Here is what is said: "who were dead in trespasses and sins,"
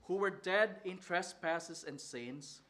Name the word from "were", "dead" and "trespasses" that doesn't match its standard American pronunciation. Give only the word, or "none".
trespasses